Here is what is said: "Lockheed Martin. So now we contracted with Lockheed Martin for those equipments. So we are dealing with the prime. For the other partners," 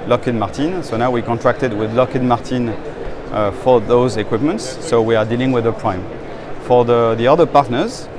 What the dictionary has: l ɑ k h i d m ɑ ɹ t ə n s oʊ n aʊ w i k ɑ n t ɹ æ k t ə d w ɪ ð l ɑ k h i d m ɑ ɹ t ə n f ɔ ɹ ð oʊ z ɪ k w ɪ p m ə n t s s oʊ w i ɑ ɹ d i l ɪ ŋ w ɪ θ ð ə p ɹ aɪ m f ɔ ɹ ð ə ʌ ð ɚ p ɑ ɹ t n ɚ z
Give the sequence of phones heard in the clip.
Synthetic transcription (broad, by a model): l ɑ k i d m ɑ ɹ t ə n s oʊ n aʊ w i k ɑ n t ɹ æ k t ə d w ɪ ð l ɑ k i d m ɑ ɹ t ə n f ɔ ɹ ð oʊ z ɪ k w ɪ p m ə n t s s oʊ w i ɑ ɹ d i l ɪ ŋ w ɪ ð ə p ɹ aɪ m f ɔ ɹ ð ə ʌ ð ɚ p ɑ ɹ t n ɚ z